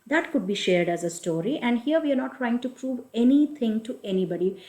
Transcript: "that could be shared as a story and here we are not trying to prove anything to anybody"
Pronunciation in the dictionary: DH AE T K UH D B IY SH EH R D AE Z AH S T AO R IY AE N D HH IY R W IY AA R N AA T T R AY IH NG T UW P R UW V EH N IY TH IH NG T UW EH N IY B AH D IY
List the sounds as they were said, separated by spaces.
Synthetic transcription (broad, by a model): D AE T K UH D B IY SH EH R D AE Z AH S T AO R IY AE N D HH IY R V IY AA R N AA T T R AY IH NG T UW P R UW V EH N IY T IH NG T UW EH N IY B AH D IY